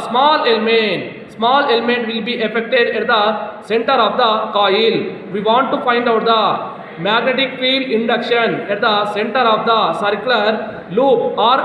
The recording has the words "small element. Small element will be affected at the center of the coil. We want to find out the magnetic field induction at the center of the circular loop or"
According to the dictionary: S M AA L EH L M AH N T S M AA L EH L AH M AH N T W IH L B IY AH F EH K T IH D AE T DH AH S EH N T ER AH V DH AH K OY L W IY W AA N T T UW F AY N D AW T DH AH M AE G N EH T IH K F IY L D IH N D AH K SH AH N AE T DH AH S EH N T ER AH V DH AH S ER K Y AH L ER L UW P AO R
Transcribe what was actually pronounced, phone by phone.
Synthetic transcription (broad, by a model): S M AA L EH L M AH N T S M AA L EH L AH M AH N T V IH L B IY AH F EH K T IH D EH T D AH S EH N T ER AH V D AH K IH L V IY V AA N T T UW F AY N D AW T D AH M AE G N EH T IH K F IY D IH N D AH K SH AH N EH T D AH S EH N T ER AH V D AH S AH K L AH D L UW P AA R